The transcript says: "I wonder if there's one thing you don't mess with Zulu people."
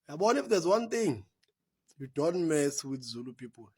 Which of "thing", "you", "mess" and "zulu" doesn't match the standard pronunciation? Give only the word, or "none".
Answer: thing